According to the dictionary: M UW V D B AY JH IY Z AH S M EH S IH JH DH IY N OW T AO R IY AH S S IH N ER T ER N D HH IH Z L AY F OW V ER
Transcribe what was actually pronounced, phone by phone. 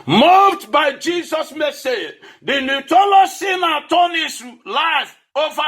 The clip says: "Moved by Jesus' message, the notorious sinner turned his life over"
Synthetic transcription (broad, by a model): M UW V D B AY JH IY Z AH S M EH S IH JH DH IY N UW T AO L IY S S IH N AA T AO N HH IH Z L AY F OW V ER